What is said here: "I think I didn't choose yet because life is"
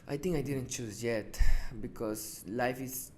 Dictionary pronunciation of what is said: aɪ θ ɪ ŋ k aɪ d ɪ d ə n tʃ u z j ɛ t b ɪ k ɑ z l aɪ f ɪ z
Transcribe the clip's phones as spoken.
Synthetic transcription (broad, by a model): aɪ t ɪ ŋ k aɪ d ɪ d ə n tʃ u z j ɛ t b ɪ k ɑ s l aɪ f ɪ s